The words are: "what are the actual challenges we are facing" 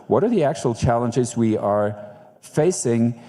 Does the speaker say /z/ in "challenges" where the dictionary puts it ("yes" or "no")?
yes